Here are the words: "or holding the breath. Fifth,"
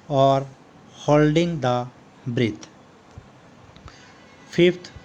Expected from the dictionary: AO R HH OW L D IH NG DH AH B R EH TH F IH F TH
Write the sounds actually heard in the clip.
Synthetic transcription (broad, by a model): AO R HH OW L D IH NG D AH B R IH T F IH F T